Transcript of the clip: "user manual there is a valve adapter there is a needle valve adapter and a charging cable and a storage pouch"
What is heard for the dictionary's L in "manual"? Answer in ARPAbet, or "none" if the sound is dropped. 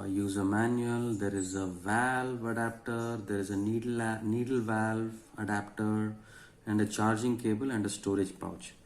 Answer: L